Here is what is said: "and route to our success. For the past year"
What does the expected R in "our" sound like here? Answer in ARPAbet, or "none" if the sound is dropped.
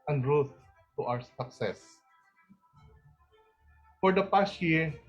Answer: W